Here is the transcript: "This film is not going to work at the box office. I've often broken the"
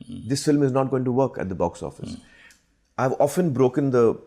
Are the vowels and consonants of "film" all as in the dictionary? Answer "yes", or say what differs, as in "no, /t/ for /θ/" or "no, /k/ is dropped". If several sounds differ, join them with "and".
yes